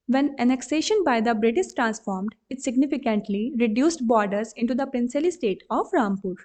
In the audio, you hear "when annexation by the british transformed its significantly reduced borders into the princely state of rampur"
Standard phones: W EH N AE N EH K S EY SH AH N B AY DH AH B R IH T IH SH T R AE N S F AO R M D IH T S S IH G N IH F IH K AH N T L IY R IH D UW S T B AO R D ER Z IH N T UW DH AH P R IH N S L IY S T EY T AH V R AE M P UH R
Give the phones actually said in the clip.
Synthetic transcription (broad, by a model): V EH N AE N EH K S EY SH AH N B AY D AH B R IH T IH S T R AE N S F AO R M D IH T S S IH G N IH F IH K AH N T L IY R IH D UW S T B AO R D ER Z IH N T UW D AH P R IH N S L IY S T EY T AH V R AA M P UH R